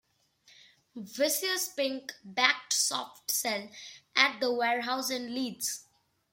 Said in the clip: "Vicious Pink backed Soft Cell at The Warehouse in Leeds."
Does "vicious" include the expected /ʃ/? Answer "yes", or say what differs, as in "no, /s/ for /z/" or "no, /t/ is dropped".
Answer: no, /s/ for /ʃ/